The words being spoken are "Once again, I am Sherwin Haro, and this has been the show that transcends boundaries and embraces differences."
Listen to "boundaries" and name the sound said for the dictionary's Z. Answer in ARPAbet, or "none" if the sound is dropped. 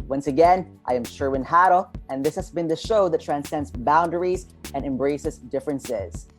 Z